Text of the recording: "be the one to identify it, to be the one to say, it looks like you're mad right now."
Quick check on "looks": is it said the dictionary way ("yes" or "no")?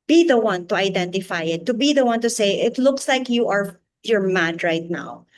yes